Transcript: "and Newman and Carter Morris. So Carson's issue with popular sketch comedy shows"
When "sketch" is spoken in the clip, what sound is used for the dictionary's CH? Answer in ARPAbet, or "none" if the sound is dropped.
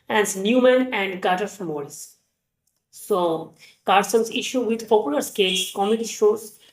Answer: S